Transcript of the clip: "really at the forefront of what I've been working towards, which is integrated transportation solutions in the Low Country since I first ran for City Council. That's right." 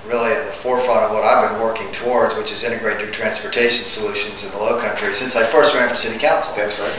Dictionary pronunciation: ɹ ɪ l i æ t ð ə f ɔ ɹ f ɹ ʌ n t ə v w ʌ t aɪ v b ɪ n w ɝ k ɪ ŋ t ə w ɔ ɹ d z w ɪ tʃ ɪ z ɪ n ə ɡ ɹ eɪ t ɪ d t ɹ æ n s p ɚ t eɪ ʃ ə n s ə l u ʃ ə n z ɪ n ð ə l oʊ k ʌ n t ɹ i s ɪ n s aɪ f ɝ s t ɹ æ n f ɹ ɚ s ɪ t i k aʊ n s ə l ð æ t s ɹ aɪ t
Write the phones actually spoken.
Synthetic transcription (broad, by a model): ɹ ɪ l i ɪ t ð ə f ɔ ɹ f ɹ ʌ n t ə v w ʌ t aɪ v b ɪ n w ɝ k ɪ ŋ t ə w ɔ ɹ d z w ɪ tʃ ɪ z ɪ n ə ɡ ɹ eɪ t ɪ t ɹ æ n s p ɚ t eɪ ʃ n s ə l u ʃ ə n z ɪ n ð ə l oʊ k ʌ n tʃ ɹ i s ɪ n s aɪ f ɝ s t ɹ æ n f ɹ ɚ s ɪ t i k aʊ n s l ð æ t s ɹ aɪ